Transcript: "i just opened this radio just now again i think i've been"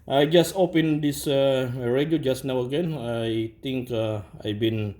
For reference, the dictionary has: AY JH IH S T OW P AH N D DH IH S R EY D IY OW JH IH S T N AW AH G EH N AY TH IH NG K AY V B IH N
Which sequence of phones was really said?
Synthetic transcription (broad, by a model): AY JH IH S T OW P AH N D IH S R EY D IY OW JH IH S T N AW AH G EH N AY T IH NG K AY B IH N